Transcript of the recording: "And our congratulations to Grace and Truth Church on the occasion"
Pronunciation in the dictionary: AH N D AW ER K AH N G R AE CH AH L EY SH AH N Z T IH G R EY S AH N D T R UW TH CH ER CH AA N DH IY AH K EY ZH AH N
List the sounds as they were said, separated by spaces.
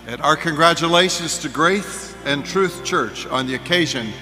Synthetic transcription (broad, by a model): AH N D AW ER K AH N G R AE CH AH L EY SH AH N Z T IH G R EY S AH N T R UW TH CH ER CH N DH IY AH K EY ZH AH N